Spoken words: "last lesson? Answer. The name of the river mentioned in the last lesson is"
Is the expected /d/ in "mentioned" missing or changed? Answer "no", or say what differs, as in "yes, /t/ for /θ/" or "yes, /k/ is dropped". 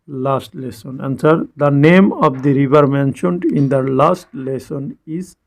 no